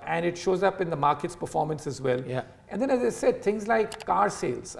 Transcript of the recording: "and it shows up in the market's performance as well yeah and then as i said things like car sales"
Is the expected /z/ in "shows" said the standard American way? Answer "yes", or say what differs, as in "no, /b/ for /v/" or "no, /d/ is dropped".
yes